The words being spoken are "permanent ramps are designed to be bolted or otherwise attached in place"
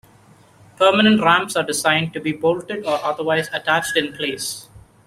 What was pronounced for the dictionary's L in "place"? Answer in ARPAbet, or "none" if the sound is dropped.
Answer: L